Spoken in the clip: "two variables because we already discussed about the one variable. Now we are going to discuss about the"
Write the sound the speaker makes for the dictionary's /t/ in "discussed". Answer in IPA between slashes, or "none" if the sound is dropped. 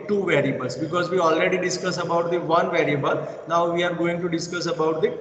none